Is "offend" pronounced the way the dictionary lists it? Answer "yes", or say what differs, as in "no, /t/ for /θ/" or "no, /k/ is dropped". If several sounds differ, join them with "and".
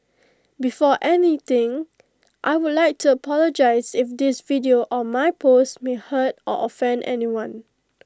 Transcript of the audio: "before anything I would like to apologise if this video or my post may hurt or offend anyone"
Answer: yes